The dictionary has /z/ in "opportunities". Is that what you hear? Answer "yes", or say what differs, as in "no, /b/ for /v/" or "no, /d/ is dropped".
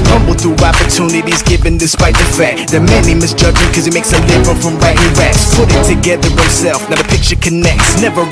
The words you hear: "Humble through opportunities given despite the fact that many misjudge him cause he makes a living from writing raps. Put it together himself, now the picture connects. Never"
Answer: yes